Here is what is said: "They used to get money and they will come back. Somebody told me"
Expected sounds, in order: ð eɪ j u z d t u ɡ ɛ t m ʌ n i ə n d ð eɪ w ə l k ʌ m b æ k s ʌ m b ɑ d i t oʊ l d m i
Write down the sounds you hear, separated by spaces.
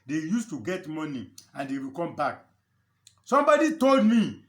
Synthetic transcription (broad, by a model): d eɪ j u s t u ɡ ɛ t m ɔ n i ə n d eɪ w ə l k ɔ m b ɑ k s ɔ m b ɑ d i t oʊ l d m i